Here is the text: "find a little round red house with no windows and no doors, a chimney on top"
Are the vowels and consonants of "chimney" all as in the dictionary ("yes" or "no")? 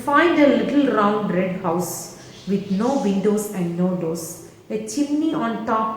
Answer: yes